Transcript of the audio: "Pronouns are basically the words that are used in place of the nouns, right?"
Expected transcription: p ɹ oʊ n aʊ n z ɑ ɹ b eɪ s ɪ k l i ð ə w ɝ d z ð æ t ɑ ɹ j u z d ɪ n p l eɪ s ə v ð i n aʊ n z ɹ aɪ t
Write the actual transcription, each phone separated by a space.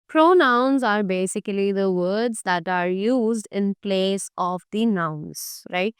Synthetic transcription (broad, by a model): p ɹ oʊ n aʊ n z ɑ ɹ b eɪ s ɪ k l i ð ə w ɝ d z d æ t ɑ ɹ j u z d ɪ n p l eɪ s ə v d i n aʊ n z ɹ aɪ t